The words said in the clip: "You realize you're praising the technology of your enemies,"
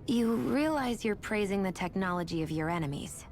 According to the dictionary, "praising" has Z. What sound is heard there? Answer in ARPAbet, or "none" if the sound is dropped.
Z